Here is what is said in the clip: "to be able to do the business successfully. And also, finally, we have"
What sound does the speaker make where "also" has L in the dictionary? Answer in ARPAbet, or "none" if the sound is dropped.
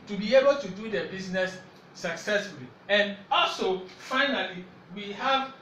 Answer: L